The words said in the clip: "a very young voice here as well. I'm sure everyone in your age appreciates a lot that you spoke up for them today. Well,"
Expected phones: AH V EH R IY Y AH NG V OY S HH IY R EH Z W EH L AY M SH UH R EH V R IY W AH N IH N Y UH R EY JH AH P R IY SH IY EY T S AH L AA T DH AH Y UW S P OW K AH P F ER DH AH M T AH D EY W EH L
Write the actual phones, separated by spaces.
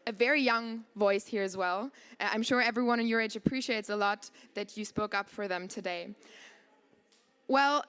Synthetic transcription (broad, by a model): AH V EH R IY Y AH NG V OY S HH IY R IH Z W EH L AY M SH UH R EH V R IY W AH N IH N Y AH R EY JH AH P R IY SH IY EY T S AH L AA T DH AH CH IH S P OW K AH P F ER DH AH M T AH D EY W EH L